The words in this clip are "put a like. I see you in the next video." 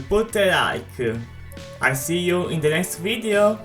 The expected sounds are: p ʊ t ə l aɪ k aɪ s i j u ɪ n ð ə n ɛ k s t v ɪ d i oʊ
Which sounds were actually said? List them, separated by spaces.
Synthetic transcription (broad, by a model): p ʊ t ə l aɪ k aɪ s i j u ɪ n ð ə n ɛ k s t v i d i oʊ